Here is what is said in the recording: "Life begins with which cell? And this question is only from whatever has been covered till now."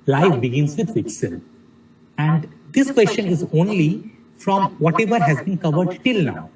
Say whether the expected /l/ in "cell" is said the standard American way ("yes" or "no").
no